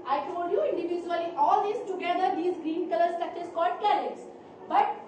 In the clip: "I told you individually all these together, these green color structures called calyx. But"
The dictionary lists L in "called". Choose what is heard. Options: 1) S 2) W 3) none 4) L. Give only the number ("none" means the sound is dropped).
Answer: 4